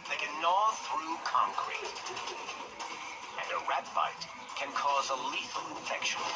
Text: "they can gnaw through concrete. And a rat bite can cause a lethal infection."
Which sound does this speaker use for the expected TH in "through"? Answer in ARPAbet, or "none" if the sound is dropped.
TH